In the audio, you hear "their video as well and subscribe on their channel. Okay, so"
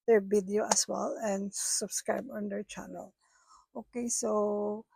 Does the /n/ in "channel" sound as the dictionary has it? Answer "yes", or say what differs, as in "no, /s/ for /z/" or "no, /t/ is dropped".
yes